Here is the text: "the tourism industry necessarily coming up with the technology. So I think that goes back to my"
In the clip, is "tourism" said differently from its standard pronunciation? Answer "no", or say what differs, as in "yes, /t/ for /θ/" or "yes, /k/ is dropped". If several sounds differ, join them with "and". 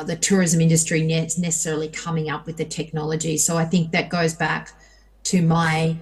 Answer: no